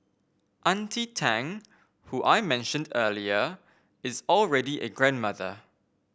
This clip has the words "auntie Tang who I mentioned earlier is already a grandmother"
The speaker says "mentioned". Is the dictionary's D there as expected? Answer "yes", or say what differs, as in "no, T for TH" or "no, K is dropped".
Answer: yes